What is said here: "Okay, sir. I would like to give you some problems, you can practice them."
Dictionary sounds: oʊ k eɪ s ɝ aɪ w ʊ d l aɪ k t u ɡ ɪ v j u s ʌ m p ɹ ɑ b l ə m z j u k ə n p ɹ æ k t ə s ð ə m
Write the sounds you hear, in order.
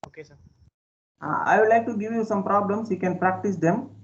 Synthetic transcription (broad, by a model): oʊ k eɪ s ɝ aɪ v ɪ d l aɪ k t u ɡ ɪ v j u s ʌ m p ɹ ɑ b l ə m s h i k ə n p ɹ æ k t ə s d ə m